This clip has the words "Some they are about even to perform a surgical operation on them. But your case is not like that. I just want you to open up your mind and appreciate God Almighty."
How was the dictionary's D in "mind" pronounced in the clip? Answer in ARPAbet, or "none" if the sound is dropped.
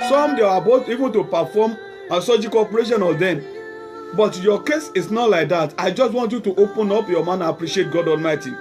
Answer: none